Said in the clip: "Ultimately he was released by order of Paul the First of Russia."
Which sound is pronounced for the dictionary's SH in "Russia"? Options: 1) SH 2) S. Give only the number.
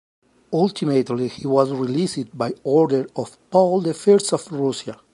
2